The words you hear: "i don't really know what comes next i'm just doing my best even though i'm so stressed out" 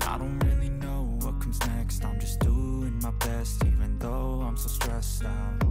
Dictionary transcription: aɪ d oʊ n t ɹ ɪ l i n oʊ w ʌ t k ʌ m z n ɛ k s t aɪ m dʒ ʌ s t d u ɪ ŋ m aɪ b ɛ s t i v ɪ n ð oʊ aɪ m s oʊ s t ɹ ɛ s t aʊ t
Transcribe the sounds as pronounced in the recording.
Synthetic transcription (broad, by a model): aɪ d oʊ n t ɹ ɪ l i n oʊ w ʌ t k ʌ m z n ɛ k s t aɪ m dʒ ʌ s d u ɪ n m aɪ b ɛ s t i v ɪ n ð oʊ aɪ m s oʊ s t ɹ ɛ s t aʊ